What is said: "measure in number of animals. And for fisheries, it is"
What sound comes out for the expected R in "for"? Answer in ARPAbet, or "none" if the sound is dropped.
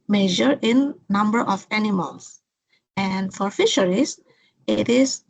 R